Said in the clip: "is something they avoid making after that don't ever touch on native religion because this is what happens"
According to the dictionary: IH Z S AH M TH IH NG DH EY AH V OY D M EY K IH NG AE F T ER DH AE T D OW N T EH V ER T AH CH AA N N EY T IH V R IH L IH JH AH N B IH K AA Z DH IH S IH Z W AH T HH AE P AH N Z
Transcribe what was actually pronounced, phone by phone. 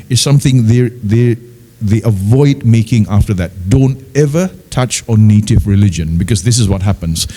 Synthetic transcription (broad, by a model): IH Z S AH M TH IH NG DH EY AH V OY D M EY K IH NG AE F T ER DH AE T D OW N T EH V ER T AH CH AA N N EY T IH V R IH L IH JH AH N B IH K AA Z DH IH S IH Z W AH T HH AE P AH N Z